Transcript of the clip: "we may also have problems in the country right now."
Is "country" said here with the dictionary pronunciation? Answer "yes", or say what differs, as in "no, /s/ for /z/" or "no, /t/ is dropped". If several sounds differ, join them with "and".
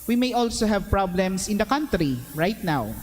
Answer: yes